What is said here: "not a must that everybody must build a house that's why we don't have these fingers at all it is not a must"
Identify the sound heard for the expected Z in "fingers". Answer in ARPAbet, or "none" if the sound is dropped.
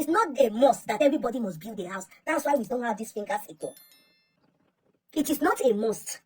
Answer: S